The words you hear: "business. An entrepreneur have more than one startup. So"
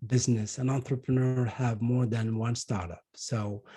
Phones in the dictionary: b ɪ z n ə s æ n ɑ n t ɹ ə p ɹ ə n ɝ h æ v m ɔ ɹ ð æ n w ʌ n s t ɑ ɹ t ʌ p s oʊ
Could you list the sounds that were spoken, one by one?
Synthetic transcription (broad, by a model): b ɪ z n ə s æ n ɑ n t ɹ ə p ɹ ə n ɝ h æ v m ɔ ɹ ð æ n w ʌ n s t ɑ ɹ t ʌ p s oʊ